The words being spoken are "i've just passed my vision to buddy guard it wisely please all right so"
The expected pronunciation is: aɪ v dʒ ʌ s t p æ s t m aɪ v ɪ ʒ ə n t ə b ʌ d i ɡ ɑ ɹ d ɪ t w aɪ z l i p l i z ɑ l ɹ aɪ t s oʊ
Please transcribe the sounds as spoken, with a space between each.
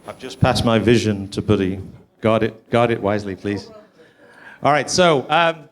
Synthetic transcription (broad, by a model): aɪ v dʒ ʌ s p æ s m aɪ v ɪ ʒ ə n t ə b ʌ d i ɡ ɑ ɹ d ɪ t w aɪ z l i p l i z ɑ l ɹ aɪ t s oʊ